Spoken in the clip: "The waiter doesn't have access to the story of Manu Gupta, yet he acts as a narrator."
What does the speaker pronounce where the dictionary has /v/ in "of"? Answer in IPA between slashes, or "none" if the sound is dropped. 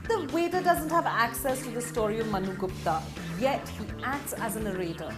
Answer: /v/